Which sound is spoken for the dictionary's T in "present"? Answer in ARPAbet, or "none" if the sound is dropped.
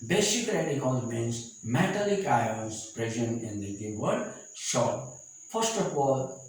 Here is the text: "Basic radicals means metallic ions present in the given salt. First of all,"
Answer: none